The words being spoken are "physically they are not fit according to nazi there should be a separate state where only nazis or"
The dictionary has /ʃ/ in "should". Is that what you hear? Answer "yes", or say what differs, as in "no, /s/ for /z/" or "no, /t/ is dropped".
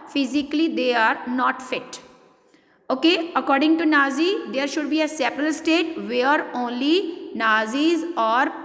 yes